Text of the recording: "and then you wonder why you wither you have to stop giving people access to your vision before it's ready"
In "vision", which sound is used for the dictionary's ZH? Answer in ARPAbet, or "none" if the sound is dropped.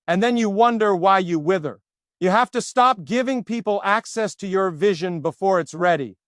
ZH